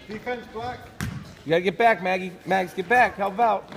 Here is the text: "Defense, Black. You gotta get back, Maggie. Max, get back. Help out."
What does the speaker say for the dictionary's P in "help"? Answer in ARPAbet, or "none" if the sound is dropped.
B